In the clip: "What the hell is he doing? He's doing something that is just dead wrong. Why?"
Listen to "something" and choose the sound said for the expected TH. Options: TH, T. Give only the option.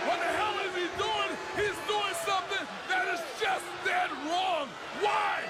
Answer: TH